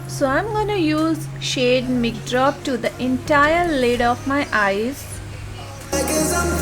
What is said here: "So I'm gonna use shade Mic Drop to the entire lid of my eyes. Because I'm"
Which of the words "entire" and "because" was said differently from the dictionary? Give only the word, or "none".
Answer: because